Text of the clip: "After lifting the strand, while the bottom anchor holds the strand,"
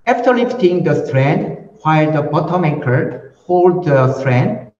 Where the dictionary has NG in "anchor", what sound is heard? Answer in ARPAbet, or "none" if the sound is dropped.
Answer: none